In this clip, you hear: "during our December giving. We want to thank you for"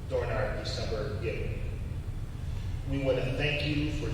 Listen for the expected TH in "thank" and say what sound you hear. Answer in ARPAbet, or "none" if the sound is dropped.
TH